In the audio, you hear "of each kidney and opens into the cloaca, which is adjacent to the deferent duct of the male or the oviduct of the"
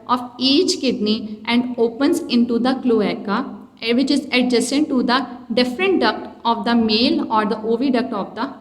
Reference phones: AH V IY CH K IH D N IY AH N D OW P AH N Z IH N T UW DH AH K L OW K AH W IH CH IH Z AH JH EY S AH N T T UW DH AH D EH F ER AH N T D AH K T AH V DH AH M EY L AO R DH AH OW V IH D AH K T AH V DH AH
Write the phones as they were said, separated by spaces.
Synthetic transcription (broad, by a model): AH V IY CH K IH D N IY AH N D OW P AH N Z IH N T UW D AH K L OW K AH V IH CH IH Z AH JH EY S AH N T T UW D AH D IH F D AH N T D AH K T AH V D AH M EY L AO R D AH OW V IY D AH K T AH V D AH